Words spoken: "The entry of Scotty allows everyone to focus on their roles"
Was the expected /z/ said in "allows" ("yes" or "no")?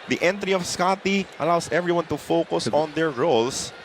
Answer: no